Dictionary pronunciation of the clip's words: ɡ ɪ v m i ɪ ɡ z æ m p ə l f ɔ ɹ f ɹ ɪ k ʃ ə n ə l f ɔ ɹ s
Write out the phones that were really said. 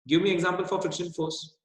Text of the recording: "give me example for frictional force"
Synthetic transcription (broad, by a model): ɡ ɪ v m i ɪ ɡ z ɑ m p ə l f ɔ ɹ f ɪ k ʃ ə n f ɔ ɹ s